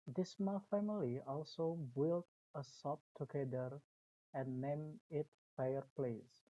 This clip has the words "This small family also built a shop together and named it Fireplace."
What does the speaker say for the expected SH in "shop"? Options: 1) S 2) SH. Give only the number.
1